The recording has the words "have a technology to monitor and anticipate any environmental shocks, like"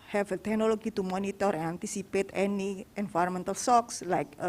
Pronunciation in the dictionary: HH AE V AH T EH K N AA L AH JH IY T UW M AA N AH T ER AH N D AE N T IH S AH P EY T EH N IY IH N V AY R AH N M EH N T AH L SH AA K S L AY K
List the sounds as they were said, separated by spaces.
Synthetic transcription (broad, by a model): HH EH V AH T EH K N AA L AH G IY T UW M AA N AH T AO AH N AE N T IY S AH P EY T EH N IY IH N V AY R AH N M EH N T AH L S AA K S L AY K